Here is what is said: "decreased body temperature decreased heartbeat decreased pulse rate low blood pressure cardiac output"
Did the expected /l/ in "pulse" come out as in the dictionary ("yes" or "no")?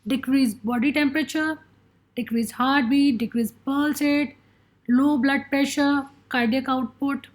yes